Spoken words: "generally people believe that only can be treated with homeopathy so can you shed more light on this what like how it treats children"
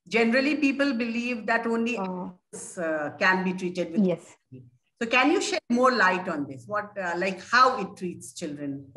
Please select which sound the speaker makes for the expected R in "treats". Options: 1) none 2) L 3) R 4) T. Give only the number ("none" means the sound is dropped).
3